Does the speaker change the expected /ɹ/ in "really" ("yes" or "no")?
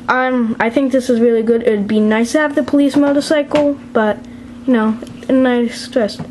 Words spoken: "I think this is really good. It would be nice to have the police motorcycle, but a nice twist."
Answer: no